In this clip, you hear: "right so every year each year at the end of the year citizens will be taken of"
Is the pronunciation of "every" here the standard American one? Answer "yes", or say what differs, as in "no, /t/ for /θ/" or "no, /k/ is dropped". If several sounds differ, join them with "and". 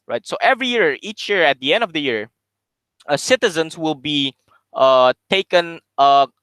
yes